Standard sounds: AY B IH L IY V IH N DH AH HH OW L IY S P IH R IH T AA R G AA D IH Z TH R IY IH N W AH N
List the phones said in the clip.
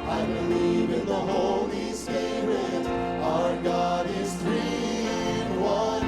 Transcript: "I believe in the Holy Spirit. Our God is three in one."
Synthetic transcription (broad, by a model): AY B IH L IY V IH N DH AH HH OW L IY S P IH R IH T AA R G AA D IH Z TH R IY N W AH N